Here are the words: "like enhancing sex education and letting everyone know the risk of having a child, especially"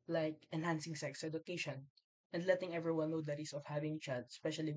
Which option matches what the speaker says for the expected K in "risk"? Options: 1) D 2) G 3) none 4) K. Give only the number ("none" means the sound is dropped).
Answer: 3